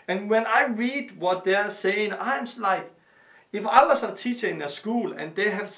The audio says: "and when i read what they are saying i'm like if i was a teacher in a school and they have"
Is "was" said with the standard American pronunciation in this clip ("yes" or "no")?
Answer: no